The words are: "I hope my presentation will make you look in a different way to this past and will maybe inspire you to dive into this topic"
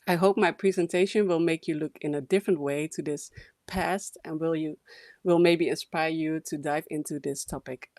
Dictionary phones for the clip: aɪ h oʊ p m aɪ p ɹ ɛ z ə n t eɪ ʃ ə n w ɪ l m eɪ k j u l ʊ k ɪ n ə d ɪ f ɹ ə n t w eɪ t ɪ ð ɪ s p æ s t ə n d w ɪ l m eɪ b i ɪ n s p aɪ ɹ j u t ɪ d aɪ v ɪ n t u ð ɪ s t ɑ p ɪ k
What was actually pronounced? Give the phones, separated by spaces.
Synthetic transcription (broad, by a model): aɪ h oʊ p m aɪ p ɹ ɛ z ə n t eɪ ʃ ə n w ɪ l m eɪ k j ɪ l ʊ k ɪ n ə d ɪ f ɹ ə n t w eɪ t ɪ ð ɪ s p æ s t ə n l w ɪ l m eɪ b i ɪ n s p aɪ ɹ j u t ɪ d aɪ v ɪ n t u ð ɪ s t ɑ p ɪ k